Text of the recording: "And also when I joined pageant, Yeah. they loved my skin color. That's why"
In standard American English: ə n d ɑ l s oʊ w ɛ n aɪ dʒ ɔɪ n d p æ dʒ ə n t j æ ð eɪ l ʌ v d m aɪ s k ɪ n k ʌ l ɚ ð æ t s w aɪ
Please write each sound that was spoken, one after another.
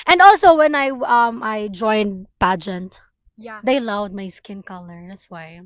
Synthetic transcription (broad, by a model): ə n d ɑ l s oʊ w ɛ n aɪ dʒ ɔɪ n d p æ dʒ ə n t j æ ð eɪ l ʌ v d m aɪ s k ɪ n k ʌ l ɚ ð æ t s w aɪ